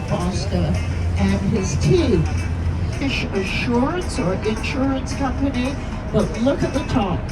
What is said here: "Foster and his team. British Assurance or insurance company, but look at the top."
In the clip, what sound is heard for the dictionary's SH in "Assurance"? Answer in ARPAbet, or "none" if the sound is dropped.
SH